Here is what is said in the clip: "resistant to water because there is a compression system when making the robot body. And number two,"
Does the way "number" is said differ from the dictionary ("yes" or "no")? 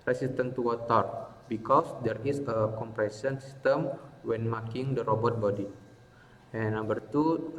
yes